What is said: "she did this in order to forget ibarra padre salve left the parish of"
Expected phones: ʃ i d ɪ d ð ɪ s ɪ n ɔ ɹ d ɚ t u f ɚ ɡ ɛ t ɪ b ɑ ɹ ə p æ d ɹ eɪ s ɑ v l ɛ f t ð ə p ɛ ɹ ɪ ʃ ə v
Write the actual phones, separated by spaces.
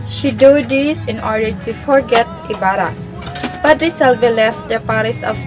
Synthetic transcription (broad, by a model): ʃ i d ɪ d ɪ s ɪ n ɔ ɹ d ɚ t u f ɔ ɡ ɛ t ɪ b ɑ ɹ ə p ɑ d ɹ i s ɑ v l ɛ f t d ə p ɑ ɹ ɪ s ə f